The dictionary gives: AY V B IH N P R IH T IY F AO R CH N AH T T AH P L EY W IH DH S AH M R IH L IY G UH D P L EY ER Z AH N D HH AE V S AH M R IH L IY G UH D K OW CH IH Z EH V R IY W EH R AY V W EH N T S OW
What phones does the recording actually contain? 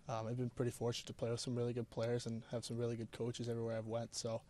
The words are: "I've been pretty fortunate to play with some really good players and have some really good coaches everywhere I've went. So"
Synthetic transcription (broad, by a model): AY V B IH N P R IH T IY F AO R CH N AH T T AH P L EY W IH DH S AH M R IH L IY G UH D P L EY ER Z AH N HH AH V S AH M R IH L IY G UH D K OW CH IH Z EH V R IY W EH R AY V W EH N T S OW